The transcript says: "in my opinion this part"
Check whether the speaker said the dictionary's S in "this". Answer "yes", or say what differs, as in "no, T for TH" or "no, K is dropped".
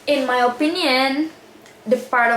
no, S is dropped